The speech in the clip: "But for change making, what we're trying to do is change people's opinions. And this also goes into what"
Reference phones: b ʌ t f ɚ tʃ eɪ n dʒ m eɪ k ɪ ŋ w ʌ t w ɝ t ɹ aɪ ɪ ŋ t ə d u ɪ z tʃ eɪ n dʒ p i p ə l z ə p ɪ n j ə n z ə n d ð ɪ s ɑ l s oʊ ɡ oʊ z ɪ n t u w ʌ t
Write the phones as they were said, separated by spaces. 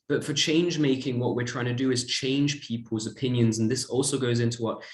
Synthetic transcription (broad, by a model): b ʌ t f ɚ tʃ eɪ n dʒ m eɪ k ɪ ŋ w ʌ t w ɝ t ɹ aɪ ɪ ŋ t ə d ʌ ɪ z tʃ eɪ n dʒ p i p ə l z ə p ɪ n j ə n z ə n ð ɪ s ɑ l s oʊ ɡ oʊ z ɪ n t u w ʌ t